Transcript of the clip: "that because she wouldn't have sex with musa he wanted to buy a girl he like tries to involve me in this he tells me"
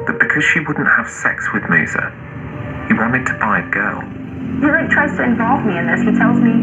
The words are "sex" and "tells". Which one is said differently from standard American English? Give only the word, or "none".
none